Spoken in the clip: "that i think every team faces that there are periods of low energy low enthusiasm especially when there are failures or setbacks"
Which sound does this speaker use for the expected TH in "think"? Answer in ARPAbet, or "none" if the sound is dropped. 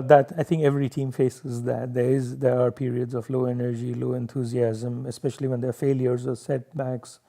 T